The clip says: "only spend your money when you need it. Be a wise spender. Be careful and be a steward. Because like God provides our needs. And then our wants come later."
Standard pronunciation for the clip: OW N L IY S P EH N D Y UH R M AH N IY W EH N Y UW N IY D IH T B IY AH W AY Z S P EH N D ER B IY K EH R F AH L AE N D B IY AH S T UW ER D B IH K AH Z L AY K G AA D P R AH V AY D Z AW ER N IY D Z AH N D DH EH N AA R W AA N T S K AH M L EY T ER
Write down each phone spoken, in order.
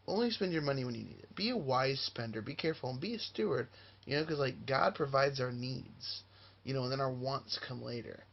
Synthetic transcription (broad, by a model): OW N L IY S P EH N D Y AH R M AH N IY W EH N Y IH N IY D IH T B IY AH W AY Z S P EH N D ER B IY K EH R F L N B IY AH S T UW ER D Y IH K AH Z L AY K G AA D P R AH V AY D Z AW ER N IY D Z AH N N DH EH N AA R W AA N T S K AH M L EY T ER